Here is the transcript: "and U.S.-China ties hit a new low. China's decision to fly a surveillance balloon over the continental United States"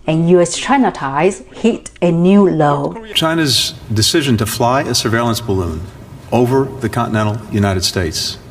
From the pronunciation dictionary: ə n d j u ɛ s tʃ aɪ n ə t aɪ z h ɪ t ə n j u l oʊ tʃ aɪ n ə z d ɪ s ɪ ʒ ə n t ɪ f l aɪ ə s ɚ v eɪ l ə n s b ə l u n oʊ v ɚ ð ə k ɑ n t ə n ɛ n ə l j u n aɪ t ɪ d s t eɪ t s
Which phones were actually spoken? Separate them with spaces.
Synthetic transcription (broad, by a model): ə n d j u ɛ s tʃ aɪ n ə t aɪ z h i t ə n j u l oʊ tʃ aɪ n ə z d ɪ s ɪ ʒ ə n t ɪ f l aɪ ə s ɚ v eɪ l ə n s b ə l u n oʊ v ɚ ð ə k ɑ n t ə n ɛ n l j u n aɪ t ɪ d s t eɪ t s